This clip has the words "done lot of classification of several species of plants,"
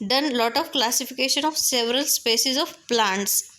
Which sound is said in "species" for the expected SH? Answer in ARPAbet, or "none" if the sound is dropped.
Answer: S